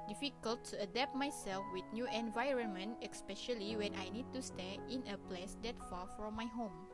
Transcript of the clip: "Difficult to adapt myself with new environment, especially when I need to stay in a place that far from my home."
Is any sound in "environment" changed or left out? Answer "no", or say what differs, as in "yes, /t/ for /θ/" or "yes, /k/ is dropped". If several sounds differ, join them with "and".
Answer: no